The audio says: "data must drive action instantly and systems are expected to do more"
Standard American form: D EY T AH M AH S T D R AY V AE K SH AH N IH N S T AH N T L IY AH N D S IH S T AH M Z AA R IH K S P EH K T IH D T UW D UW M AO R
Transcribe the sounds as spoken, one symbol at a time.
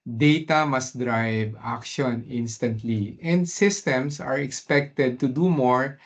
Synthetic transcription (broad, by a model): D EY T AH M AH S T D R AY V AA K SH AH N IH N S T AH N T L IY AH N D S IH S T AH M S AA R IH K S P EH K T IH D T UW D UW M AO R